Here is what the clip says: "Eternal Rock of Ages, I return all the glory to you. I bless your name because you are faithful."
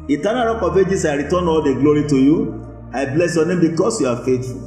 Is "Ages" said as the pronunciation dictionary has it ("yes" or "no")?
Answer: no